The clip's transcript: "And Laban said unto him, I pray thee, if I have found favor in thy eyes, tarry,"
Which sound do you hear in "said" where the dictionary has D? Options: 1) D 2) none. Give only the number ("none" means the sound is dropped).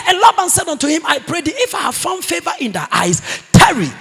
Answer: 1